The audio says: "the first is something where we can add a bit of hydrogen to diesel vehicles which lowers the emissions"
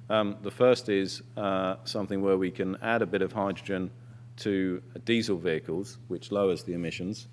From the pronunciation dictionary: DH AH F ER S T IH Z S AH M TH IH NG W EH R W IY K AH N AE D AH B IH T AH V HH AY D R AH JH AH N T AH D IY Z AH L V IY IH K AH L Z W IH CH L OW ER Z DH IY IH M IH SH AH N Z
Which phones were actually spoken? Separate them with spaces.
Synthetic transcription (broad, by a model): DH AH F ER S T IH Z S AH M TH IH NG W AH W IY K AH N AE D AH B IH T AH V HH AY D R AH JH AH N T AH D IY Z AH L V IY IH K AH L Z W IH CH L OW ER Z DH IY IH M IH SH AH N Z